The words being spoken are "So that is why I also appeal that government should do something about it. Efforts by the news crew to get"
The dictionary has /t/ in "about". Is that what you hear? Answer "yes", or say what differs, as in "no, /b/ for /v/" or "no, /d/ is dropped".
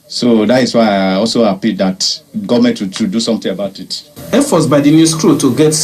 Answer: yes